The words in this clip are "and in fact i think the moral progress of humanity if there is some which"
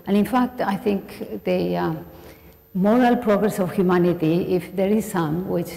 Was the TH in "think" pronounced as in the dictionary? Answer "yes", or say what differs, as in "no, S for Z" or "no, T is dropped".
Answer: no, T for TH